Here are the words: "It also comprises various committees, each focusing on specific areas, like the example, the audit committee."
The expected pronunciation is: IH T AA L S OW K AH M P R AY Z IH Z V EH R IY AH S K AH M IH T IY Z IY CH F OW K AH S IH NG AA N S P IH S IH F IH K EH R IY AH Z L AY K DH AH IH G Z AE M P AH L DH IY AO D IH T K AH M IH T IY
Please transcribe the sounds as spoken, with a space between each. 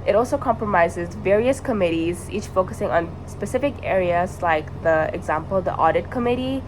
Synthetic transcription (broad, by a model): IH T AA L S OW K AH M P R AY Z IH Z V EH R IY AH S K AH M IH T IY Z IY CH F OW K AH S IH NG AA N S P IH S IH F IH K EH R IY AH Z L AY K DH AH IH G Z AE M P AH L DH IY AO D IH T K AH M IH T IY